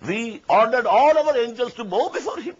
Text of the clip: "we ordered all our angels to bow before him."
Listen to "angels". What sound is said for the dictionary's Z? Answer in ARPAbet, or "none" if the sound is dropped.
S